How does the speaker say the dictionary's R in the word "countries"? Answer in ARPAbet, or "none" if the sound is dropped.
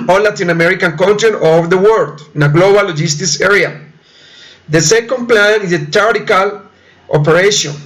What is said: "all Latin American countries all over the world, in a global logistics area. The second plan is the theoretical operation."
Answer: none